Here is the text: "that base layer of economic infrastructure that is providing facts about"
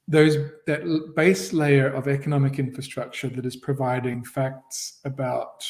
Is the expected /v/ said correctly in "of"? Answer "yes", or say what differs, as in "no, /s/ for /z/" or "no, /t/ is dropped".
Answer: yes